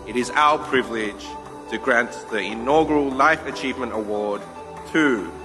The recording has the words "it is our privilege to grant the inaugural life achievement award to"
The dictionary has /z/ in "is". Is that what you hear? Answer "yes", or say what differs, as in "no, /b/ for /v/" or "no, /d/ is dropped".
yes